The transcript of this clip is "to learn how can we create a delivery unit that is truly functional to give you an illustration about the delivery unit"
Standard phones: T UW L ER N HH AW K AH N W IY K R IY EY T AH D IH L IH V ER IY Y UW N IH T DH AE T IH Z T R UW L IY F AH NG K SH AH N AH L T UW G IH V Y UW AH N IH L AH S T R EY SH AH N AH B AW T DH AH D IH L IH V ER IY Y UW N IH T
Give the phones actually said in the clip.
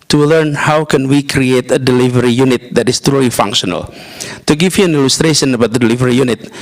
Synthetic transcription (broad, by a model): T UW L ER N HH AW K AH N W IY K R IY EY T AH D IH L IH V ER IY Y UW N IH T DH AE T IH S T R UW L IY F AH NG K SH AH N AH L T UW G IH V Y UW AH N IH L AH S T R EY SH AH N AH B AW T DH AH D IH L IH V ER IY Y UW N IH T